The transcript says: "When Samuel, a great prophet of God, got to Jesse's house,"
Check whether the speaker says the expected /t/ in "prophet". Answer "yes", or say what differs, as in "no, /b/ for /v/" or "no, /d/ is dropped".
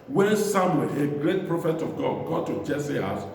yes